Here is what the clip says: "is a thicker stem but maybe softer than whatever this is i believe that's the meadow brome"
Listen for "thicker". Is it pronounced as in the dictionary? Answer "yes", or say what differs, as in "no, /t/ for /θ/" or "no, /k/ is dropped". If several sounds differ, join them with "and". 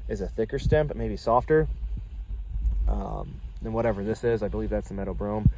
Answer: yes